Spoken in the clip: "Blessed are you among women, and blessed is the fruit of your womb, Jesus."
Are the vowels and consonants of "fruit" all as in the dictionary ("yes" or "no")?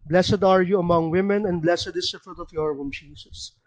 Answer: yes